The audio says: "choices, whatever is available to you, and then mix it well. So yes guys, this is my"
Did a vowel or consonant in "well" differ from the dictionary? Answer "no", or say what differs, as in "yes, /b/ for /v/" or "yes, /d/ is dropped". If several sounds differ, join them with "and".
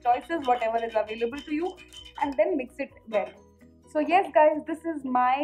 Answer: yes, /n/ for /l/